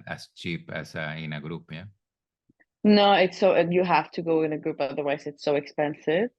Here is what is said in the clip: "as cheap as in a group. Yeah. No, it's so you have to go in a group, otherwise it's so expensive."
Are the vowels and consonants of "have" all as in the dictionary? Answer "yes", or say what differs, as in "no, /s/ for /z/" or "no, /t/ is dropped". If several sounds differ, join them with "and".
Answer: no, /f/ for /v/